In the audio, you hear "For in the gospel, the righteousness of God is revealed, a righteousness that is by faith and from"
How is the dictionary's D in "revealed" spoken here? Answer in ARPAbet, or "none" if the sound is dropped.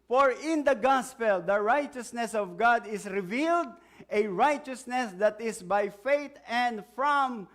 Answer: D